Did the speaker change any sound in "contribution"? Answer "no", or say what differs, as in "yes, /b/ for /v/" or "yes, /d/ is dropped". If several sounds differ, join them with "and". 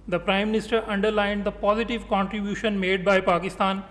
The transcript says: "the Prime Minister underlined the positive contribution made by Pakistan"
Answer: no